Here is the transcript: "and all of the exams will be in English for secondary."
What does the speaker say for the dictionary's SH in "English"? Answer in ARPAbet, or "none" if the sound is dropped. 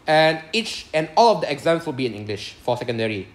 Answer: SH